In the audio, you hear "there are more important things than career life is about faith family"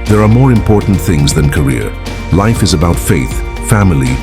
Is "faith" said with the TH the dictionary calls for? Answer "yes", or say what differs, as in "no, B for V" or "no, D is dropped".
yes